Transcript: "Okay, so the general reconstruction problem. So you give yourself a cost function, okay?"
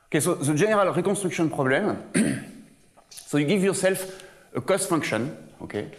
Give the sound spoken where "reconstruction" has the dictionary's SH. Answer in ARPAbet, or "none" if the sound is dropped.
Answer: S